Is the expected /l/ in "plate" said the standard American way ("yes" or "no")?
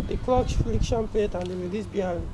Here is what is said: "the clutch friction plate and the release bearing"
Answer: no